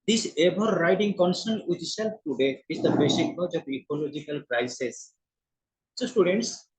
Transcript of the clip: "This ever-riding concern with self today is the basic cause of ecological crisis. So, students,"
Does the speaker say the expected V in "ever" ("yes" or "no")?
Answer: no